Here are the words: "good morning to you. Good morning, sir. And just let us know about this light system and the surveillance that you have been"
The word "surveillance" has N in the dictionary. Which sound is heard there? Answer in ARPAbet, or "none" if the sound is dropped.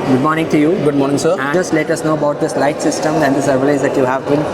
none